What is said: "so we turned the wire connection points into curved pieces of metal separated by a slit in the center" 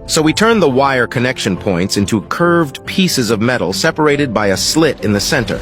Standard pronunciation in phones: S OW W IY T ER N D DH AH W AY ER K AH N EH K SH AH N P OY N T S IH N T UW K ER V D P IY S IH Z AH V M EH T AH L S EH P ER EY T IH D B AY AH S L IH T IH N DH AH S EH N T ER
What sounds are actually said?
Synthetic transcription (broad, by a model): S OW W IY T ER N DH AH W AY ER K AH N EH K SH AH N P OY N T S IH N T UW K ER V D P IY S IH Z AH V M EH T L S EH P ER EY T IH D B AY AH S L IH T IH N DH AH S EH N T ER